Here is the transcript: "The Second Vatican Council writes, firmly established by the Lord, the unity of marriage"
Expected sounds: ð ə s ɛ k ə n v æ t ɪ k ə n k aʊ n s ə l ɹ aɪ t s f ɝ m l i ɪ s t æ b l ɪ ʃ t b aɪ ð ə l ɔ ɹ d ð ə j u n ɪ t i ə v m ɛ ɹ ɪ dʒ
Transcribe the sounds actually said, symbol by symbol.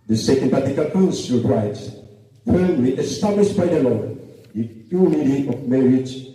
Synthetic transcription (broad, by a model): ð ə s ɛ k ə n p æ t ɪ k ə l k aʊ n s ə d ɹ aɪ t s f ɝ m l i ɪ s t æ b l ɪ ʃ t b aɪ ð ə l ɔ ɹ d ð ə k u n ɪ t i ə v m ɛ ɹ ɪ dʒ